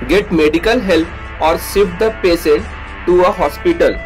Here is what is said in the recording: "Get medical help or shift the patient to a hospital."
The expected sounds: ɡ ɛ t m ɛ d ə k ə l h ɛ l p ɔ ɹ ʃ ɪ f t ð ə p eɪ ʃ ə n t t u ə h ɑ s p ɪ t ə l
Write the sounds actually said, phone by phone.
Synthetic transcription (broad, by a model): ɡ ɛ t m ɛ d ə k ə l h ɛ l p ɔ ɹ s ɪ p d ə p eɪ s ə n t t u ə h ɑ s p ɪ t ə l